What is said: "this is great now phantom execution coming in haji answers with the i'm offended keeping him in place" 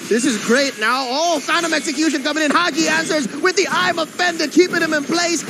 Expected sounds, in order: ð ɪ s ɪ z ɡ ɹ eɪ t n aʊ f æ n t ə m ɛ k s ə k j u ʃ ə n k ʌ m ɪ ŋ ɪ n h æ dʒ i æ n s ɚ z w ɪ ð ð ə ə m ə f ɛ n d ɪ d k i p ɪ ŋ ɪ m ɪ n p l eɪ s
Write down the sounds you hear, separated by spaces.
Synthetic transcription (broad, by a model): ð ɪ s ɪ z ɡ ɹ eɪ t n aʊ f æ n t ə m ɛ k s ə k j u ʃ ə n k ʌ m ɪ ŋ ɪ n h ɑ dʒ i æ n s ɚ z w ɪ ð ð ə ə m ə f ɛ n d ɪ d k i p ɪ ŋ ɪ m ɪ n p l eɪ s